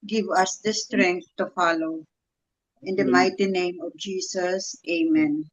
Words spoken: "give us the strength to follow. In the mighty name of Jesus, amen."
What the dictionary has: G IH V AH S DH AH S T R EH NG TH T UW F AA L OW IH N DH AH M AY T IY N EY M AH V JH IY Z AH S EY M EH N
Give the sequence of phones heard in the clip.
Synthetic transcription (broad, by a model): G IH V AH S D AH S T R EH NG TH T UW F AA L OW IH N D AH M AY T IY N EY M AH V JH IY S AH S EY M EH N